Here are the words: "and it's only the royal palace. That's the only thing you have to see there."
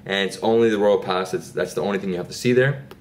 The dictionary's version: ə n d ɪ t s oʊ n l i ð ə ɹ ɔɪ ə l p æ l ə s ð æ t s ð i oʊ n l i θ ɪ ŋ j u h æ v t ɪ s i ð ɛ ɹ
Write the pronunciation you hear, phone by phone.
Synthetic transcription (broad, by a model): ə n ɪ t s oʊ n l i ð ə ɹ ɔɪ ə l p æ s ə s ð æ t s ð i oʊ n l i θ ɪ ŋ j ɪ h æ f t ɪ s i ð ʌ ɹ